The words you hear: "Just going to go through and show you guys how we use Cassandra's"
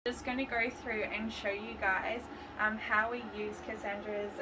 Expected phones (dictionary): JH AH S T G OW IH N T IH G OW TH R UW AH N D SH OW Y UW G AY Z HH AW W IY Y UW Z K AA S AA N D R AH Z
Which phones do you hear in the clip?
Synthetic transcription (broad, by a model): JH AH S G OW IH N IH G OW TH R UW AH N SH OW Y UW G AY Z HH AW W IY Y UW Z K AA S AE N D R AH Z